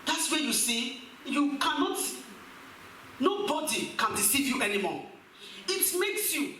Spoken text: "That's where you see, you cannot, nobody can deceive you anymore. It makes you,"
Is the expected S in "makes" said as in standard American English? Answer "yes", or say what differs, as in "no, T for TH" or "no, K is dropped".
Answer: yes